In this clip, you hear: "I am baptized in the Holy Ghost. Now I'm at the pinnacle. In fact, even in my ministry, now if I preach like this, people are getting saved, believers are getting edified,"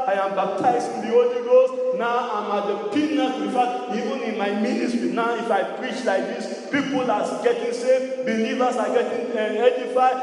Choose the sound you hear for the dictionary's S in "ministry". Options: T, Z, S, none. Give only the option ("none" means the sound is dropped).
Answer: none